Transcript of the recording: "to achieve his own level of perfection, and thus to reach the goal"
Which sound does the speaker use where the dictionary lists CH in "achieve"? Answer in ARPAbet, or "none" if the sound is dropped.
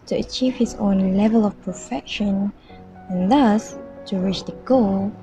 CH